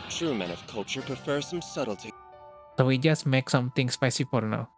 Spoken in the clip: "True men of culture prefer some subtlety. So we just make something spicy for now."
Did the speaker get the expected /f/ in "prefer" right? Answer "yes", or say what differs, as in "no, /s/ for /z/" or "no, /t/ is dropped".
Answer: yes